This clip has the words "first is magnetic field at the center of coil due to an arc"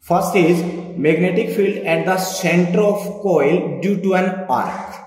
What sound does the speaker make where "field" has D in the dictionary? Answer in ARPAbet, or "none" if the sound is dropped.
D